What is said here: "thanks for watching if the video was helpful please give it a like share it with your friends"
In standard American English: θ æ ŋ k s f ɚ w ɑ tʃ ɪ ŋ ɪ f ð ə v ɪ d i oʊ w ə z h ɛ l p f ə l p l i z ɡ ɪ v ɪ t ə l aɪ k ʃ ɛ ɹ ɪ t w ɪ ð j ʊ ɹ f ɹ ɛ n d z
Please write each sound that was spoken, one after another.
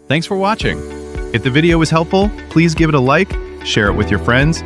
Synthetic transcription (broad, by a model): θ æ ŋ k s f ɚ w ɑ tʃ ɪ ŋ ɪ f ð ə v ɪ d i oʊ w ə z h ɛ l p f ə l p l i z ɡ ɪ v ɪ t ə l aɪ k ʃ ɛ ɹ ɪ t w ɪ ð j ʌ ɹ f ɹ ɛ n d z